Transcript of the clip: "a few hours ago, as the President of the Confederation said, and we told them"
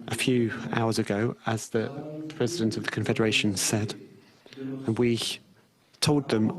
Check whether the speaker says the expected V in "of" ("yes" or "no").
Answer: yes